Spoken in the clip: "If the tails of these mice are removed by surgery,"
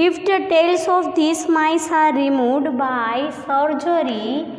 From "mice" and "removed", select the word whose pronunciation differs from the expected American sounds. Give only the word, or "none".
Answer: removed